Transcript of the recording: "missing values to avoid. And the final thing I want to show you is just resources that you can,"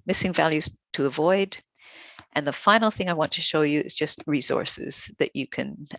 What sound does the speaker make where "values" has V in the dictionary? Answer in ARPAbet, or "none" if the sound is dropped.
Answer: V